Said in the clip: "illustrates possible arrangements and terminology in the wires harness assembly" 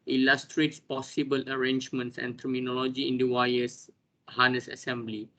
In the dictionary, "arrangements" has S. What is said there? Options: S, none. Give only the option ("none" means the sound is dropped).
S